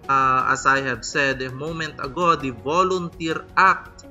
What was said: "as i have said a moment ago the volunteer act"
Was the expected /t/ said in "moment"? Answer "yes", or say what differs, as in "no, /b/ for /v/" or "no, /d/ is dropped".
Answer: yes